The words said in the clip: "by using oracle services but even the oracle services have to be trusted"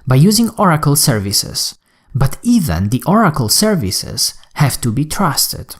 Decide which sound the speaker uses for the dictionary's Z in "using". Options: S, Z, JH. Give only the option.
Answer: Z